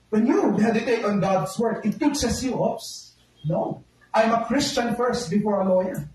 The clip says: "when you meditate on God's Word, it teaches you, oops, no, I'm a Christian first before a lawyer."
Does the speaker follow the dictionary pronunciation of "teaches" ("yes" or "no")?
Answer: no